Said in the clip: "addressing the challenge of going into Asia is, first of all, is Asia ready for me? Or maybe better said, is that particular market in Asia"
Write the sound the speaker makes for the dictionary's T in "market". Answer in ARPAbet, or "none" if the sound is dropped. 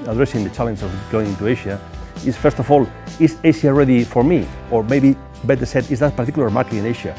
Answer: none